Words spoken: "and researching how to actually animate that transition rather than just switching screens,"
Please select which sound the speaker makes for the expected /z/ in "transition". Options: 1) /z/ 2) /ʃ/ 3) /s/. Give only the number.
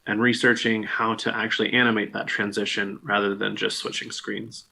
1